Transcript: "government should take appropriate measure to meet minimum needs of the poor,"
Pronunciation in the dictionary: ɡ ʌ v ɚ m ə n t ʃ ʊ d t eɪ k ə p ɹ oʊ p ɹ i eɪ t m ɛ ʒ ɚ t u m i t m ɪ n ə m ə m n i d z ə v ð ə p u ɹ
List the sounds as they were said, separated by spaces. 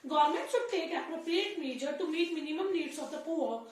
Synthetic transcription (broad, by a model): ɡ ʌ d m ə n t s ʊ t eɪ k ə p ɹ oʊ p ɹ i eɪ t m ɛ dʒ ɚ t u m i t m ɪ n ə m ə m n i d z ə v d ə p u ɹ